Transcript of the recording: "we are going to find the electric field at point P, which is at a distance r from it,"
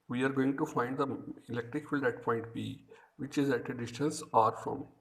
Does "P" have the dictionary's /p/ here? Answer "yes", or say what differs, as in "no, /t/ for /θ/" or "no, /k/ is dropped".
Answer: no, /b/ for /p/